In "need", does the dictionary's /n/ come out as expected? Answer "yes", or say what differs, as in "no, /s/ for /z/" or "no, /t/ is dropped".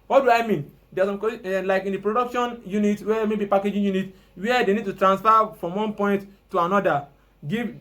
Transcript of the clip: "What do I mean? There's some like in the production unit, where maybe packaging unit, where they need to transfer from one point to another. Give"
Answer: yes